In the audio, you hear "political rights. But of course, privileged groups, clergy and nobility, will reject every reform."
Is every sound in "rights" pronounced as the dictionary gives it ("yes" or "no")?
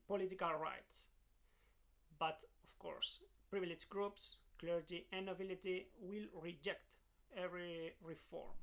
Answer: yes